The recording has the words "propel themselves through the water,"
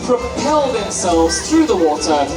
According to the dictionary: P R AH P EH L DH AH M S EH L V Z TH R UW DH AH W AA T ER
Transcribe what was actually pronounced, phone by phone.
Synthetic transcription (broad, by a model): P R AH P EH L DH AH M S EH L V Z TH R UW DH AH W AA T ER